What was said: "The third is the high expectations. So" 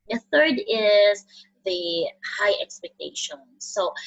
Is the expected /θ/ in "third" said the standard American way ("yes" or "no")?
yes